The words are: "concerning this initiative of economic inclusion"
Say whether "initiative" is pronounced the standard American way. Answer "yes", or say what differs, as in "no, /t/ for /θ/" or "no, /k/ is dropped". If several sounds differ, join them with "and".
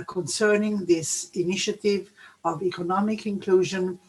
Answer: yes